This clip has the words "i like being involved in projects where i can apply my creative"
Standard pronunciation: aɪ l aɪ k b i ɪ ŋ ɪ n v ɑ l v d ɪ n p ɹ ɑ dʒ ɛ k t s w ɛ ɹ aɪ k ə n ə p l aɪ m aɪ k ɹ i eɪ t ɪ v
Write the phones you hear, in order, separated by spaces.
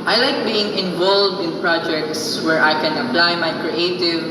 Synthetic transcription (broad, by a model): aɪ l aɪ k b i ɪ ŋ ɪ n v ɑ l v d ɪ n p ɹ ɑ dʒ ɛ k t s w ɛ ɹ aɪ k ə n ə p l aɪ m aɪ k ɹ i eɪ t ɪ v